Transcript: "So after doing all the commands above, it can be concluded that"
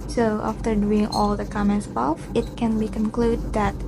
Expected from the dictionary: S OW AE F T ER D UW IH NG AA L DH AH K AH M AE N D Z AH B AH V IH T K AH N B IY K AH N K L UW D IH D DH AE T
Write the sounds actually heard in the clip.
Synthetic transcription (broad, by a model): S OW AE F T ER D UW IH NG AA L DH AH K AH M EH N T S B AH F IH T K AH N B IY K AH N K L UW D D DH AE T